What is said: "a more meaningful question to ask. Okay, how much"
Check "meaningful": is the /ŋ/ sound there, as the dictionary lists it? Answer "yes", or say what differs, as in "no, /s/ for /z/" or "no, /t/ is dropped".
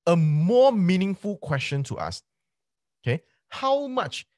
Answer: yes